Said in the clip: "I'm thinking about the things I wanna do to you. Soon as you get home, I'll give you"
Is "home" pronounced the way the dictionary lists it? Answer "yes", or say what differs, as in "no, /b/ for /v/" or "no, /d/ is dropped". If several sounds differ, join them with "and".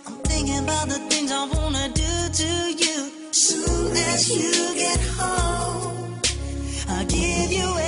no, /m/ is dropped